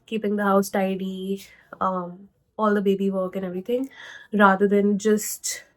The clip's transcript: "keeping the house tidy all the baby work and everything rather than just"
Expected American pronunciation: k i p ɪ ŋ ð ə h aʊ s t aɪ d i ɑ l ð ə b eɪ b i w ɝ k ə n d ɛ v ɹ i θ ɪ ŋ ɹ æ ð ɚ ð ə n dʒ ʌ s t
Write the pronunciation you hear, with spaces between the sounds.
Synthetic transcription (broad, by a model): k i p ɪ ŋ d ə h aʊ s t aɪ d i ɑ l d ə b eɪ b i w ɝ k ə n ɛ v ɹ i t ɪ ŋ ɹ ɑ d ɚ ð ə n dʒ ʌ s t